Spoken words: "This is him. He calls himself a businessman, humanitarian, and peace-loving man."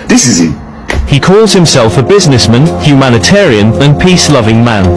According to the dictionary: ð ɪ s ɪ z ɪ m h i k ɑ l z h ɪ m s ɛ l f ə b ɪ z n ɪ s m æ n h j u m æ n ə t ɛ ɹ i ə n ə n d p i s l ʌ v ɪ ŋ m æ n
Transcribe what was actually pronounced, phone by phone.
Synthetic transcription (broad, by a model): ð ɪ s ɪ z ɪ h i k ɑ l z h ɪ m s ɛ l f ə b ɪ z n ɪ s m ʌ n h j u m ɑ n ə t ɛ ɹ i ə n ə n p i s l ʌ v ɪ ŋ m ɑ n